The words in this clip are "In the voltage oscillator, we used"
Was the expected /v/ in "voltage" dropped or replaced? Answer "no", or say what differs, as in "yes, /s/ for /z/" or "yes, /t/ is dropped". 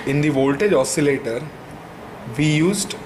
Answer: no